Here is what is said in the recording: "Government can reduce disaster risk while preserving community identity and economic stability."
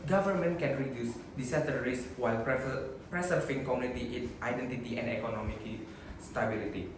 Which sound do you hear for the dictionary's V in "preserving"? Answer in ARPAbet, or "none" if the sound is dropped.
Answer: F